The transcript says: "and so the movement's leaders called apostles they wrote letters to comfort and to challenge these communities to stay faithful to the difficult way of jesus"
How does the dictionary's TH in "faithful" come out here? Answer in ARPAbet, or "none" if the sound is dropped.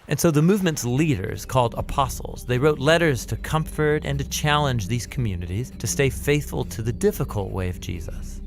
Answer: TH